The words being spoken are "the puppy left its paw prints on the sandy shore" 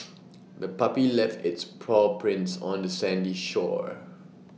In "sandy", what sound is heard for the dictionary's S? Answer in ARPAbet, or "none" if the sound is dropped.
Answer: S